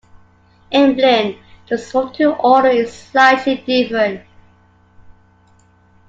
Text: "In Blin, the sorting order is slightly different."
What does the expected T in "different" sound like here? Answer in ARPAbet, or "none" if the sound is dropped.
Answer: none